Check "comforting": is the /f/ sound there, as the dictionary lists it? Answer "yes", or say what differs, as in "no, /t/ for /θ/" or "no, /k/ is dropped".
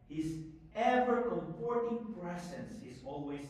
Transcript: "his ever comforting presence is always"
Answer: no, /p/ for /f/